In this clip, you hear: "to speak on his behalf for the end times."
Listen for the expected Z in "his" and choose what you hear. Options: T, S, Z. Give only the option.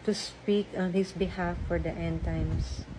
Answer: S